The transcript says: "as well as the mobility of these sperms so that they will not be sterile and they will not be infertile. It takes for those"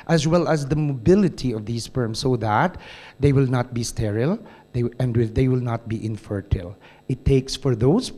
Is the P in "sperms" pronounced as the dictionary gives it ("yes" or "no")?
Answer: no